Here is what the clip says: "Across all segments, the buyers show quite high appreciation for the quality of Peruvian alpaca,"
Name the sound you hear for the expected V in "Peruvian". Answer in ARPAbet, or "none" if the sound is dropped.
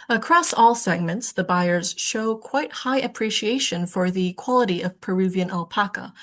V